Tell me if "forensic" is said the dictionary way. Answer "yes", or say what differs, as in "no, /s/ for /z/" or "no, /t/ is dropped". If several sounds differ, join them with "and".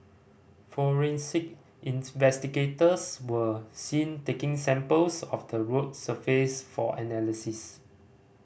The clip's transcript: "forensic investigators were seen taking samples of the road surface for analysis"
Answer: yes